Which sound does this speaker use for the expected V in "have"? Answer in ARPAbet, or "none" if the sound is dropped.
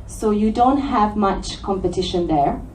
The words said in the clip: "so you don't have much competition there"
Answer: V